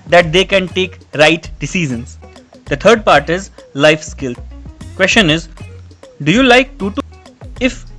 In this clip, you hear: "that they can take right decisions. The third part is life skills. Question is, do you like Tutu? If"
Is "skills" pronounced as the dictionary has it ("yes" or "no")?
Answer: no